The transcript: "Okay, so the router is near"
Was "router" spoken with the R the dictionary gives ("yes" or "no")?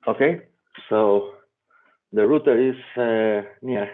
yes